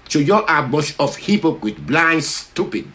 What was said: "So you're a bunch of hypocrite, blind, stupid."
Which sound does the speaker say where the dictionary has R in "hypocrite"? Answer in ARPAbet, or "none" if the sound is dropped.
W